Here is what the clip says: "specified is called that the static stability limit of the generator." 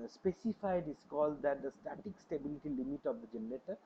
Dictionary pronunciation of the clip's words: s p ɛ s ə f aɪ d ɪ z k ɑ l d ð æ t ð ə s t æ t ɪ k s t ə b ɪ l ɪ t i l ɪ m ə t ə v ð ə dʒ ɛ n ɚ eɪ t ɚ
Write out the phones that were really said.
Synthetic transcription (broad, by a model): s p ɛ s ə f aɪ d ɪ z k ɑ l d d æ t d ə s t æ t ɪ k s t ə b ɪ l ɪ t i l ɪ m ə t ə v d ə dʒ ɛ n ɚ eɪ t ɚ